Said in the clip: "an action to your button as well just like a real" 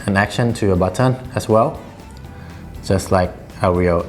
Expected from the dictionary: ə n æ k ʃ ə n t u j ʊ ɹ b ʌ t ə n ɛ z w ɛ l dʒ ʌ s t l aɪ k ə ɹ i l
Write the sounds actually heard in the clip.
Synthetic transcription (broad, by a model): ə n æ k ʃ ə n t u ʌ b ʌ t ə n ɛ s w ɛ l dʒ ʌ s t l aɪ k ə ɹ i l